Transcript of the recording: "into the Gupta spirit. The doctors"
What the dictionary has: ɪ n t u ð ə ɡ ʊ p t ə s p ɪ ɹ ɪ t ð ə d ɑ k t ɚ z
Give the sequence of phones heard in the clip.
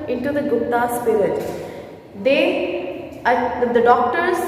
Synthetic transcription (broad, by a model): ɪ n t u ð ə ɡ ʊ t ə s p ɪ ɹ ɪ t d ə d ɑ k t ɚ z